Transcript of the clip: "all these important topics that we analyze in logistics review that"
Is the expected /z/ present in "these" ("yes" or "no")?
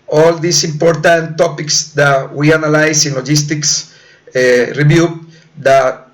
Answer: no